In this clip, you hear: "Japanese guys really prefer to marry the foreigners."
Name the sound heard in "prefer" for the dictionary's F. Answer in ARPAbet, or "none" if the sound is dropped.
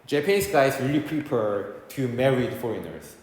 P